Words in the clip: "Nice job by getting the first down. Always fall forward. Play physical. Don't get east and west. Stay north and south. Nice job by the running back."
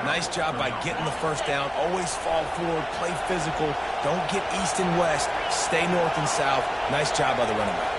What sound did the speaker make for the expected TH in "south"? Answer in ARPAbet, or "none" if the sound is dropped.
TH